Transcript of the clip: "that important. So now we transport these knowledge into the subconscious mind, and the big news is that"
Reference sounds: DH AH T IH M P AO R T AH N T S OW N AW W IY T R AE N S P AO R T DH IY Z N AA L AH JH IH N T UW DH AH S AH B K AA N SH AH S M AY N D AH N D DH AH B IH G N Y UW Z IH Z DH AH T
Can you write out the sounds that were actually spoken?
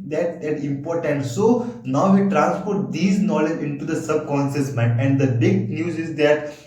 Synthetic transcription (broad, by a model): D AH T IH M P AO R T AH N T S OW N AW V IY T R AE N S P AO R T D IY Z N AA L AH JH IH N T UW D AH S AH B K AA N S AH S M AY N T AH N D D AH B IH G N Y UW Z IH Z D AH T